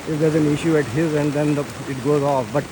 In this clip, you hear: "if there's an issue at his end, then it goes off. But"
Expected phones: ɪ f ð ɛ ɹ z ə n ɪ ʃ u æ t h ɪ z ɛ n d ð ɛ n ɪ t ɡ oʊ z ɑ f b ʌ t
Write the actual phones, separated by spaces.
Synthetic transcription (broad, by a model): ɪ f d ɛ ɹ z ə n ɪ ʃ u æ t h ɪ z ɛ n d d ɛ n ɪ t ɡ oʊ z ɑ f b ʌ t